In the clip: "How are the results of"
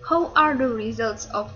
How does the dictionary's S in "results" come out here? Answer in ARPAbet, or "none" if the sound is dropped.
S